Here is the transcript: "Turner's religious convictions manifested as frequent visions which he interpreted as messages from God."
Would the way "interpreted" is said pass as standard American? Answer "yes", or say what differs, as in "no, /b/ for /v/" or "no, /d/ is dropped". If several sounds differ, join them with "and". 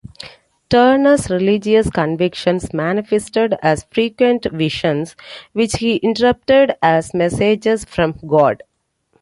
no, /p/ is dropped